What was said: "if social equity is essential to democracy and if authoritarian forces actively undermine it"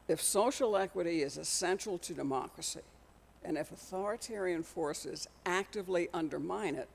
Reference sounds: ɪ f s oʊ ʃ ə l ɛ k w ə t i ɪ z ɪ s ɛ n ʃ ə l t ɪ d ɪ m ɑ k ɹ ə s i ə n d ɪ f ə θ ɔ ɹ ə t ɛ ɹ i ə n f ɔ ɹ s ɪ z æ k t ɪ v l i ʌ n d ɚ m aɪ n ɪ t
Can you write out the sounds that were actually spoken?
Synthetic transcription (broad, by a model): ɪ f s oʊ ʃ l ɛ k w ə t i ɪ z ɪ s ɛ n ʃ l t ɪ d ɪ m ɑ k ɹ ə s i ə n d ɪ f ə θ ɔ ɹ ə t ɛ ɹ i ə n f ɔ ɹ s ɪ z æ k t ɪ v l i ʌ n d ɚ m aɪ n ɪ t